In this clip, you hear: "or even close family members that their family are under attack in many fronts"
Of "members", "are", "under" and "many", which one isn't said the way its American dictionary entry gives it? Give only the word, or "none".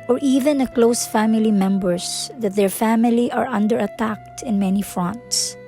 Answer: members